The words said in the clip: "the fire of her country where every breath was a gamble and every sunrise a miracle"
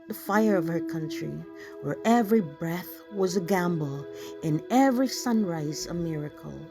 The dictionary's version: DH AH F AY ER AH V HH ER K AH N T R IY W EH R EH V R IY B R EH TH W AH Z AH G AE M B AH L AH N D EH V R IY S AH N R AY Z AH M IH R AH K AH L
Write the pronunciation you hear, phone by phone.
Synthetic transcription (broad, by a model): DH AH F AY ER AH V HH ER K AH N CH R IY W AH R EH V R IY B R EH TH W AH Z AH G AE M B L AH N EH V R IY S AH N R AY Z AH M IH R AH K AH L